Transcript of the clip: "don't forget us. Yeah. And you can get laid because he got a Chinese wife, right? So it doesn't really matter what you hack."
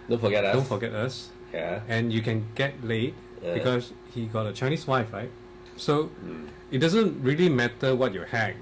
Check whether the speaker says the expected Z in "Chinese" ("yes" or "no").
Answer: no